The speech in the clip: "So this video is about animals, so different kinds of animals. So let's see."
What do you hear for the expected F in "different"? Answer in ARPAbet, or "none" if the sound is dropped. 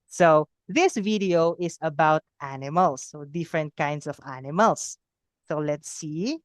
F